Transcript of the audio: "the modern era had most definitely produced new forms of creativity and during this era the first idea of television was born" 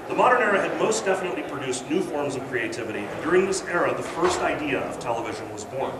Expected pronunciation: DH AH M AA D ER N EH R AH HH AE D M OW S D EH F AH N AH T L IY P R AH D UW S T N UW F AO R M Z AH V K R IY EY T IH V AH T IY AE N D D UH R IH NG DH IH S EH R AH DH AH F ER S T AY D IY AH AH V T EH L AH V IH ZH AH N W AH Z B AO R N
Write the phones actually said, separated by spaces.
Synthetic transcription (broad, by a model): DH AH M AA D ER N EH R AH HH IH D M OW S D EH F AH N AH T L IY P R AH D UW S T N UW F AO R M Z AH V K R IY EY T IH V AH T IY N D D UH R IH NG DH IH S EH R AH DH AH F ER S T AY D IY AH AH V T EH L AH V IH ZH AH N W AH Z B AO R N